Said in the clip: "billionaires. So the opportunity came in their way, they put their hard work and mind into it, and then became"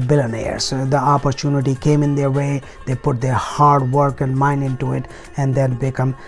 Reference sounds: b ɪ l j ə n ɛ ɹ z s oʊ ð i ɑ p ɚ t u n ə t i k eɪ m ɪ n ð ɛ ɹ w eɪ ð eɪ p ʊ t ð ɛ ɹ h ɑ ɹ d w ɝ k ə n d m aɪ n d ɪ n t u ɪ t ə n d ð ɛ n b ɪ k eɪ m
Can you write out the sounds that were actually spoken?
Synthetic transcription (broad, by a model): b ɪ l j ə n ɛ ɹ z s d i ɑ p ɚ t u n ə t i k eɪ m ɪ n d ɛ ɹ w eɪ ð eɪ p ʊ t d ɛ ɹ h ɑ ɹ d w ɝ k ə n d m aɪ n d ɪ n t u ɪ t ə n d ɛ l b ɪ k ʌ m